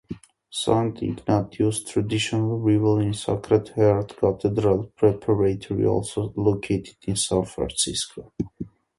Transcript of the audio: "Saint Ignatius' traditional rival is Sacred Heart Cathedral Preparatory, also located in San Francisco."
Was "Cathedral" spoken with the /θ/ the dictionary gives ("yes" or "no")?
no